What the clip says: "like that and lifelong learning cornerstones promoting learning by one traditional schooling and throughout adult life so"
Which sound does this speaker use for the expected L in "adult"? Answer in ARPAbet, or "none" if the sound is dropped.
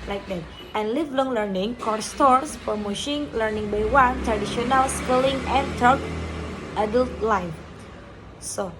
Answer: L